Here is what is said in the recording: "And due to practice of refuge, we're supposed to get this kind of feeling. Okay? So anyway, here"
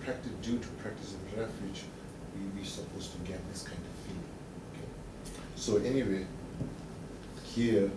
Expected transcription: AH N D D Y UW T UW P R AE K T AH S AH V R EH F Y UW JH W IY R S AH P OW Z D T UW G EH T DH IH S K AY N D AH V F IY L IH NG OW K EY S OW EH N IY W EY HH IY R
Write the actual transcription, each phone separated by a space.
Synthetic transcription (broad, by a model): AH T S D Y UW T UW P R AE K T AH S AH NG R EH F Y UW JH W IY W S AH P OW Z T UW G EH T DH IH S K AY N D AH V F IY L IH NG OW K EY S OW EH N IY W EY HH IY